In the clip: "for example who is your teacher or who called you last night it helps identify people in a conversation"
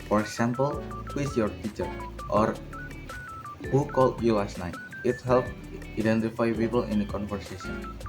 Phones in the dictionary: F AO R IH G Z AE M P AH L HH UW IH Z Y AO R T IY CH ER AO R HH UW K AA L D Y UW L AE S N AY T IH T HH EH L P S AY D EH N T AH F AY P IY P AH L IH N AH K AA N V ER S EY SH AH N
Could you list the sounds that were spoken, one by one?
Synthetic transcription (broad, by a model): F AO R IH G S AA M P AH L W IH S Y AO R T IY CH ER AO R HH UW K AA L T Y UW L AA S N AY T IH T HH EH L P AY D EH N T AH F AY P IY P AH L IH N AH K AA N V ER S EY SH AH N